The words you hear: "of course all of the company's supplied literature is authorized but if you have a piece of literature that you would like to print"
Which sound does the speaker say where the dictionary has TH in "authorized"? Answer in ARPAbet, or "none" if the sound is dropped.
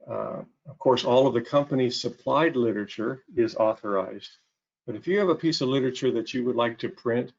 TH